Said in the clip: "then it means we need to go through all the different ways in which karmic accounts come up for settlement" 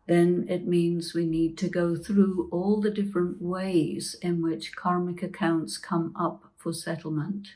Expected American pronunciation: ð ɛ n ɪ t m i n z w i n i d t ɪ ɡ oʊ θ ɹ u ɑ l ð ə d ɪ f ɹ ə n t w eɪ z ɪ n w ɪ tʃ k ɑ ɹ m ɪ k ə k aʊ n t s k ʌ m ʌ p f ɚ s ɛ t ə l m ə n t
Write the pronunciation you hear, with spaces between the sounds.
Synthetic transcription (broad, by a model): ð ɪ n ɪ t m i n z w i n i d t ɪ ɡ oʊ θ ɹ u ɑ l ð ə d ɪ f ɹ ə n t w eɪ z ɪ n w ɪ tʃ k ɑ ɹ m ɪ k ə k aʊ n t s k ʌ m ʌ p f ɚ s ɛ t l m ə n t